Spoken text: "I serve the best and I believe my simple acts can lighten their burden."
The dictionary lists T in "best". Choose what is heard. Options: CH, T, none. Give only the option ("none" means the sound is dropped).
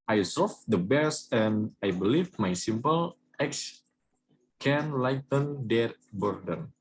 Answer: none